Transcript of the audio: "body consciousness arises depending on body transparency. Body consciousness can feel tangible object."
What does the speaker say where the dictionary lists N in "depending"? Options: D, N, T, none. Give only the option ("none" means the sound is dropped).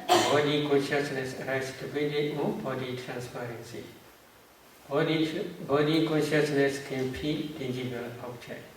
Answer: none